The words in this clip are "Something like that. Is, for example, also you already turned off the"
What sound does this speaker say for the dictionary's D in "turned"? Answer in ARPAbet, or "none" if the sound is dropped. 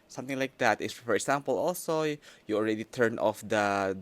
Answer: none